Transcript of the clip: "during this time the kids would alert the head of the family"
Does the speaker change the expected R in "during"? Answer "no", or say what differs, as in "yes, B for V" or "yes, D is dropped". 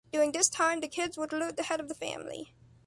yes, R is dropped